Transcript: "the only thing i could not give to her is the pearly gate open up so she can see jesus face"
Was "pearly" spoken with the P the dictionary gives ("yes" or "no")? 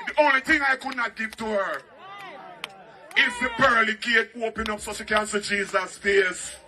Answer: no